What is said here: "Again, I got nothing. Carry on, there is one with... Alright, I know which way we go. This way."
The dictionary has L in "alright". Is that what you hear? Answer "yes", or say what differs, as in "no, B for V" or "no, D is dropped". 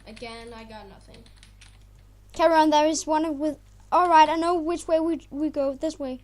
yes